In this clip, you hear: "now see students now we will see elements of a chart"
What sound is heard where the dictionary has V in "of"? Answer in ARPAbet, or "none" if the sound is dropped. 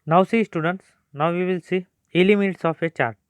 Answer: P